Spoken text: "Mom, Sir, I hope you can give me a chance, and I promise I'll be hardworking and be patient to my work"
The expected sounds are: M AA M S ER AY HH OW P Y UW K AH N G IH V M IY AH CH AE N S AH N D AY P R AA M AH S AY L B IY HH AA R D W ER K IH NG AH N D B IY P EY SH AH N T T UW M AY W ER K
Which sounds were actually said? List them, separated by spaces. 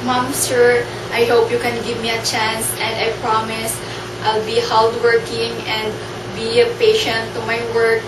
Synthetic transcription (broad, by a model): M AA M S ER AY HH OW P Y UW K AH N G IH V M IY AH CH AE N S AH N D AY P R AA M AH S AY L B IY HH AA L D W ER K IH NG AH N D B IY P EY SH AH N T T UW M AY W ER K